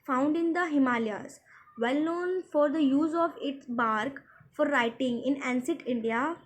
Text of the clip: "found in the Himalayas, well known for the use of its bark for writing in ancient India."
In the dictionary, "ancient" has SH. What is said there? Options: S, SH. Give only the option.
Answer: S